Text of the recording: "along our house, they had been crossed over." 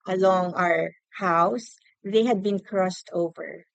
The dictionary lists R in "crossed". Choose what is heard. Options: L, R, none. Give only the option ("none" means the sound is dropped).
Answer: R